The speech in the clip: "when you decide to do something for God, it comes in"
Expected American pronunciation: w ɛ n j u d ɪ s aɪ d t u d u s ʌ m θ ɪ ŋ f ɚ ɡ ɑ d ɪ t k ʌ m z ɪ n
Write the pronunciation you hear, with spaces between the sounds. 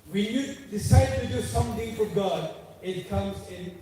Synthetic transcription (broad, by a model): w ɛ n j u d ɪ s aɪ d t u d u s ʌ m t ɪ ŋ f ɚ ɡ ɑ d ɪ t k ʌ m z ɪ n